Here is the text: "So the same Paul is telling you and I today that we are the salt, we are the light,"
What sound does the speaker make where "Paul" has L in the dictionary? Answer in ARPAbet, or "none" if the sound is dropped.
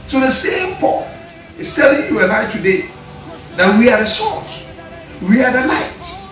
N